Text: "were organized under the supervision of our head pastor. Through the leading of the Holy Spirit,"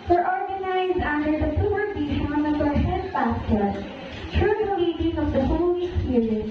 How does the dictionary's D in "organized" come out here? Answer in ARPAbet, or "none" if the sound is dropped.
D